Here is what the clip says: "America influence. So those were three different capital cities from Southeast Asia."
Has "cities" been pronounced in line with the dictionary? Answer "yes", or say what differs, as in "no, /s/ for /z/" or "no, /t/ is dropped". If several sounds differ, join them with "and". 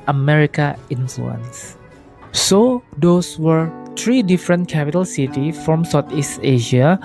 no, /z/ is dropped